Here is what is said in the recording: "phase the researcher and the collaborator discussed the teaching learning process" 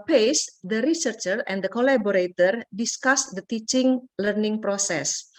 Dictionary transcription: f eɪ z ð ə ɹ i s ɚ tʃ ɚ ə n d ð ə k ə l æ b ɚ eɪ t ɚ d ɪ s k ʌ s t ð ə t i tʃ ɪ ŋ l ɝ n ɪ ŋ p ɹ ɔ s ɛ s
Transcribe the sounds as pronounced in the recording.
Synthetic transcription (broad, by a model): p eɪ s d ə ɹ i s ɚ tʃ ɚ ə n d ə k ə l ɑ b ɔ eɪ t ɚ d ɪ s k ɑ s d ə t i tʃ ɪ ŋ l ɝ n ɪ ŋ p ɹ ɔ s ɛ s